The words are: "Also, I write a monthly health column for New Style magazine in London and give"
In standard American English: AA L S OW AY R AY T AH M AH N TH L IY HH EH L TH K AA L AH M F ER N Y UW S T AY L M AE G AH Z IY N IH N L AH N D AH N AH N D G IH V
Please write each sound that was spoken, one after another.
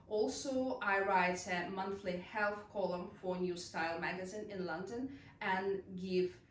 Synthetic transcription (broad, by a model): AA L S OW AY R AY T AH M AH N TH L IY HH EH L TH K AA L AH M F ER N Y UW S T AY L M AE G AH Z IY N IH N L AH N D AH N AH N G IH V